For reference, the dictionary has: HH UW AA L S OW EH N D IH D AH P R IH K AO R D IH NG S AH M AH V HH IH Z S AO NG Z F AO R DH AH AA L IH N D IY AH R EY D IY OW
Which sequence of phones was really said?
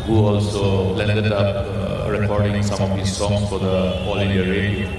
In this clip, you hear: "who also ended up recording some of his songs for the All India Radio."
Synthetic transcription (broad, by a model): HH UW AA L S OW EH N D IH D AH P R IH K AO R D IH NG S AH M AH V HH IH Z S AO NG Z F AO R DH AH AA L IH D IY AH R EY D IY